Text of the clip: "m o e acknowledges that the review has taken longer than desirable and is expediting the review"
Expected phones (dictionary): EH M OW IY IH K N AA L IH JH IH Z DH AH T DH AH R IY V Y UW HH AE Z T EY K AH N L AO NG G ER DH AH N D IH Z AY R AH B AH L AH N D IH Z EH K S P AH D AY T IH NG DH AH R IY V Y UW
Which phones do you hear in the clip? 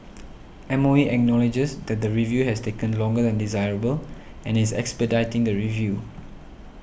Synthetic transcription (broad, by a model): EH M OW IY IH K N AA L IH JH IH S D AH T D AH R IY V Y UW HH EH S T EY K AH N L AO NG G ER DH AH N D IH Z AY R AH B AH L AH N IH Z EH K S P AH D AY T IH NG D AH R IY V Y UW